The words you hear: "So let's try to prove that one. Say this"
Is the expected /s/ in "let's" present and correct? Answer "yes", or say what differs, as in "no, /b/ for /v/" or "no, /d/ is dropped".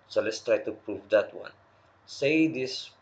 yes